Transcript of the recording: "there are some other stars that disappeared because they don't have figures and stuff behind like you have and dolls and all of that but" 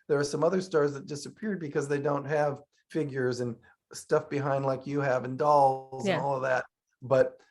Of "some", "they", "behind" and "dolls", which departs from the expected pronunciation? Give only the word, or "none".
none